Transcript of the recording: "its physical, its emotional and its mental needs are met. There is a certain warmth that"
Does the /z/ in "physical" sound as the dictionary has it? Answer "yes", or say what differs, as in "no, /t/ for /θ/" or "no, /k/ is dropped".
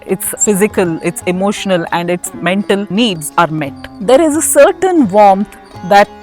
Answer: yes